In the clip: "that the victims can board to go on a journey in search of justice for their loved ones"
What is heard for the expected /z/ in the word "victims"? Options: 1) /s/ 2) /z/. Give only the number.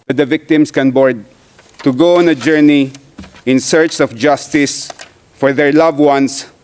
1